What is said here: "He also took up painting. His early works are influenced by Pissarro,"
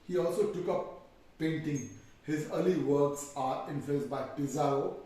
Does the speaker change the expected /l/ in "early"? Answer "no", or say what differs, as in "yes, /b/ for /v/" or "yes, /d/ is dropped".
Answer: no